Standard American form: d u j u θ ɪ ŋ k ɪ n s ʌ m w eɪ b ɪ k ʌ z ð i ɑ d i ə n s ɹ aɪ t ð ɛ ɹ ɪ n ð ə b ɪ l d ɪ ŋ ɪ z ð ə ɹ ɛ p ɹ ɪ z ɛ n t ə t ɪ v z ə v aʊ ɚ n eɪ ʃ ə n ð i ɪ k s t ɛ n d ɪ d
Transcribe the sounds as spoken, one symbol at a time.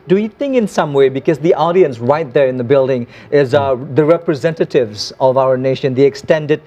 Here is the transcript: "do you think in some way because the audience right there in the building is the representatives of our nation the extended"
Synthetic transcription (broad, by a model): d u j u θ ɪ ŋ k ɪ n s ʌ m w eɪ b ɪ k ʌ z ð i ɑ d i ə n s ɹ aɪ t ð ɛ ɹ ɪ n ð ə b ɪ l d ɪ ŋ ɪ z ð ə ɹ ɛ p ɹ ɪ z ɛ n t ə t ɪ v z ə v aʊ ɚ n eɪ ʃ ə n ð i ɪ k s t ɛ n d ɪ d